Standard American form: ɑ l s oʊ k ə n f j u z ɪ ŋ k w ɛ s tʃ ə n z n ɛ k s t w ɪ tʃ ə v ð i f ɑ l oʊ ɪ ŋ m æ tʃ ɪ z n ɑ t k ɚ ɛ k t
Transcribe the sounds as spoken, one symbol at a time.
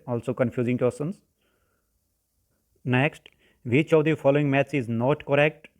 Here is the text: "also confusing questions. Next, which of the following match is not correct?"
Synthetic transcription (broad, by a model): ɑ l s oʊ k ə n f j u z ɪ ŋ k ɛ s ə n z n ɛ k s t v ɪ tʃ ə v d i f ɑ l oʊ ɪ ŋ m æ s ɪ z n ɑ t k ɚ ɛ k t